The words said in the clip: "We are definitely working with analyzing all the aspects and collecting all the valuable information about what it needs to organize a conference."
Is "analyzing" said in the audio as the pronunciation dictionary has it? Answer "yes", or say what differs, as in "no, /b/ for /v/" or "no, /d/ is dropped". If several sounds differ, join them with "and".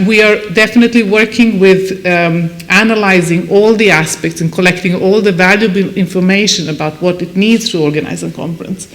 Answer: yes